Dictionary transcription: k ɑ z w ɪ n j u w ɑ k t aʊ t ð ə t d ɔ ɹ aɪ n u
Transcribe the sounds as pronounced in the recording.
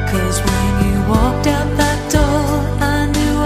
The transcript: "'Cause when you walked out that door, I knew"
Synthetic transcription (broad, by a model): k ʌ z w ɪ n j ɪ w ɑ k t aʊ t ð ə t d ɔ l aɪ n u